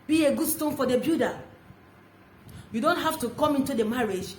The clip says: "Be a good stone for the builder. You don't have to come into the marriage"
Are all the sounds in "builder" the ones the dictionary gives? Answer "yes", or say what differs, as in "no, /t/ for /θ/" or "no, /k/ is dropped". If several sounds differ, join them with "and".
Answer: no, /l/ is dropped